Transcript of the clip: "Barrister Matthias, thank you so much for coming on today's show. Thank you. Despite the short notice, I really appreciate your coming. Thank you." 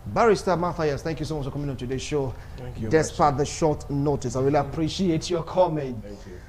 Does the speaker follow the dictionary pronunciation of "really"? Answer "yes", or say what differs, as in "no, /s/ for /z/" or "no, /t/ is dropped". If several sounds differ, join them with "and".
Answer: no, /w/ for /ɹ/